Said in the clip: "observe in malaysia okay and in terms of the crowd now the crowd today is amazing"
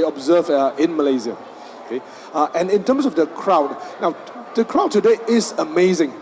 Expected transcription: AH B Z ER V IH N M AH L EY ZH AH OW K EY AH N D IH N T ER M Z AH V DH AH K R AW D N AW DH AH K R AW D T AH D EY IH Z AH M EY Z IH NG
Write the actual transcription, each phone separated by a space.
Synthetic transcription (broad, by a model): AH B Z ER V IH N M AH L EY Z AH OW K EY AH N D IH N T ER M S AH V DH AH K R AW D N AW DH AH K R AW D T AH D EY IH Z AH M EY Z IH NG